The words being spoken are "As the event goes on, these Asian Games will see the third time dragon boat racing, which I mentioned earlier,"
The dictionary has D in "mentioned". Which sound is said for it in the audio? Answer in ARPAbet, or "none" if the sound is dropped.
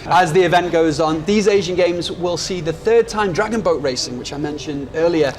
D